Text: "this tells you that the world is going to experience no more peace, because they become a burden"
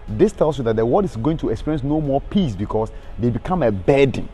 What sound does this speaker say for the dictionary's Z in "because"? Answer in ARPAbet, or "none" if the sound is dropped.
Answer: S